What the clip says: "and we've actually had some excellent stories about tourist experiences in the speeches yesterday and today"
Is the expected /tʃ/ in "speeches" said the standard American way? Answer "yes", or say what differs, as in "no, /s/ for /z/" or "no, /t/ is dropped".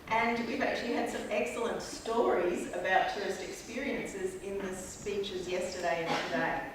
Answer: yes